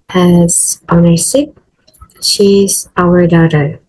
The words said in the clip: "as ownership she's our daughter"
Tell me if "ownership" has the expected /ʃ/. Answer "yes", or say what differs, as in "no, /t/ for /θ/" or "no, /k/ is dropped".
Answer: no, /s/ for /ʃ/